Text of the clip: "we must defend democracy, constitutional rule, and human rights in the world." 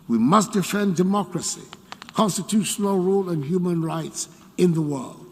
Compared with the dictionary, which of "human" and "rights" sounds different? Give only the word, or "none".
none